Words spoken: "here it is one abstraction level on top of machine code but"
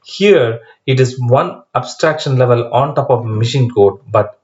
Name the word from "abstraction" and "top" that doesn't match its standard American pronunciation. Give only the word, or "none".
none